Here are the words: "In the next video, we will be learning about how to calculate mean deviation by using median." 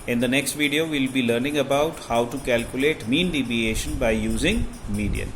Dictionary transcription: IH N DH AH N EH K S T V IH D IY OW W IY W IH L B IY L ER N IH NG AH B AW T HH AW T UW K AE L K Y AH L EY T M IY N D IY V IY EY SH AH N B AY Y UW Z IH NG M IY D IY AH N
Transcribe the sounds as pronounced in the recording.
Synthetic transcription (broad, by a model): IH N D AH N EH K S T V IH D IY OW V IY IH L B IY L ER N IH NG AH B AW T HH AW T UW K AE L K Y AH L EY T M IY N D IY B IY EY SH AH N B AY Y UW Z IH NG M IY D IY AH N